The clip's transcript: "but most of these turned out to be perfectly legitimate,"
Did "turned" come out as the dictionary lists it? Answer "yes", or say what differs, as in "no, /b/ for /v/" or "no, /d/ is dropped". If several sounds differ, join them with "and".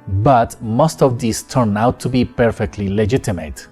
no, /d/ is dropped